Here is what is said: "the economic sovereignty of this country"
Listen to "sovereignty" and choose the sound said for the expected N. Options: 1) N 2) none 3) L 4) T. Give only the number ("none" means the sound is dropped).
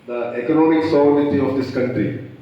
2